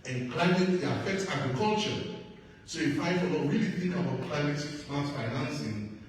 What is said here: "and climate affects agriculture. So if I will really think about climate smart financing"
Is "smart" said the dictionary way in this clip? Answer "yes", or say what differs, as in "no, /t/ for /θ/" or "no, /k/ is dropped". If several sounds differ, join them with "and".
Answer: no, /m/ is dropped